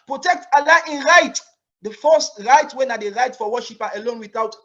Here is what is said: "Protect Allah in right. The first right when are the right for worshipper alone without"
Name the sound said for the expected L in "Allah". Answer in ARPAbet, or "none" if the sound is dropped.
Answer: L